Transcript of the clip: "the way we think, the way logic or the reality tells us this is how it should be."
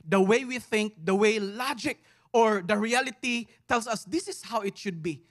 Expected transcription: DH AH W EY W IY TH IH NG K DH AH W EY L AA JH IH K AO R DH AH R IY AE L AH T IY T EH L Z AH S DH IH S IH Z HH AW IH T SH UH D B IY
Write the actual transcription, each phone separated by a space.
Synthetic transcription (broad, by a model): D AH W EY W IY TH IH NG K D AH W EY L AA JH IH K AO R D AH R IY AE L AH T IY T EH L S AH S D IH S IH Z HH AW IH T SH UH D B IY